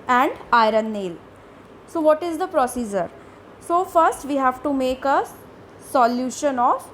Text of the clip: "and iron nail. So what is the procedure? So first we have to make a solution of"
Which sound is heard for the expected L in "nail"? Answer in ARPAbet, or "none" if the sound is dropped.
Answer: L